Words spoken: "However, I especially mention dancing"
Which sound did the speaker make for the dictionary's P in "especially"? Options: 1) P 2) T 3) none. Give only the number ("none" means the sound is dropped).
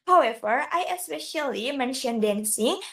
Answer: 1